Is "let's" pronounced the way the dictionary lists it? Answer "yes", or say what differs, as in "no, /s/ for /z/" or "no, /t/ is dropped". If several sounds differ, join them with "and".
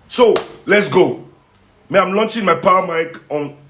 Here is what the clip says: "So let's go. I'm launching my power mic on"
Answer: yes